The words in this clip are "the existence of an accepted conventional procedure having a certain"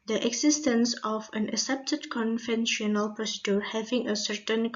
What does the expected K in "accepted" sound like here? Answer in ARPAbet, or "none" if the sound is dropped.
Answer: none